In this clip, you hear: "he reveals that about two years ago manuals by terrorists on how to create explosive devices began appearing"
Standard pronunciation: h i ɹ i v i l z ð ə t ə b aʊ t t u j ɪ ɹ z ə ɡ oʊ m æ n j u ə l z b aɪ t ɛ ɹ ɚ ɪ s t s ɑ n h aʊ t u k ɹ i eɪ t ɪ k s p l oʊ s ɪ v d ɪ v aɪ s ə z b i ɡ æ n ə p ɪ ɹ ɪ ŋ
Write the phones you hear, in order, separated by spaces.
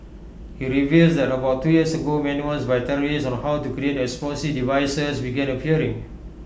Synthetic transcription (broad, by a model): h i ɹ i v i l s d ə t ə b aʊ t t u j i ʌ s ə ɡ oʊ m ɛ n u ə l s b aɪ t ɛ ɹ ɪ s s ɑ n h aʊ t u k ɹ i eɪ t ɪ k s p oʊ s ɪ d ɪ v aɪ s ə s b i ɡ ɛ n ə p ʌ ɹ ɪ ŋ